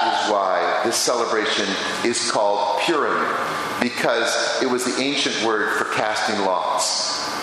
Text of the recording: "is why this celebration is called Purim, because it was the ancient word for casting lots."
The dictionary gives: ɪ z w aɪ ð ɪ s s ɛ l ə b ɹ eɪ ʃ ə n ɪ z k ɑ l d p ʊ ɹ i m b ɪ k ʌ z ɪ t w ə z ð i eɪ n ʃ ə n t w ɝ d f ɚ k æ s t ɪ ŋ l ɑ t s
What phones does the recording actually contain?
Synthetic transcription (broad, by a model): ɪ z w aɪ ð ɪ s s ɛ l ə b ɹ eɪ ʃ ə n ɪ z k ɑ l d p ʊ ɹ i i b ɪ k ʌ z ɪ t w ə z ð i eɪ n ʃ ə n t w ɝ d f ɚ k æ s t ɪ ŋ l ɑ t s